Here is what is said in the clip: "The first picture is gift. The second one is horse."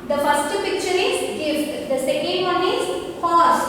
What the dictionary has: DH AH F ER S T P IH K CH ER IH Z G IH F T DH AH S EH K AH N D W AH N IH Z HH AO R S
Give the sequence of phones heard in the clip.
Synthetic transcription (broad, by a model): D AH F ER S T P IH K CH ER IH Z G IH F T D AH S EH K AH N D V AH N IH Z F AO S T